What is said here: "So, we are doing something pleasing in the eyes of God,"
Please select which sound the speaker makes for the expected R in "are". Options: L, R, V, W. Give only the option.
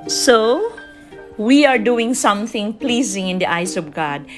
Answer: R